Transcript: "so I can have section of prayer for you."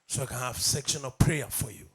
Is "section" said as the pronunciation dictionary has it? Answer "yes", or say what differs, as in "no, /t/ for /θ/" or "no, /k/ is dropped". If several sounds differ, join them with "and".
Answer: yes